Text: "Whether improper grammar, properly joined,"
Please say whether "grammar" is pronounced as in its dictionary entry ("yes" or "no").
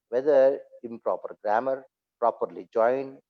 yes